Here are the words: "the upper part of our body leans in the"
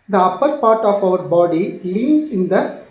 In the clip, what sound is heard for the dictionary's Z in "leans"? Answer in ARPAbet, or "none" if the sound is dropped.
S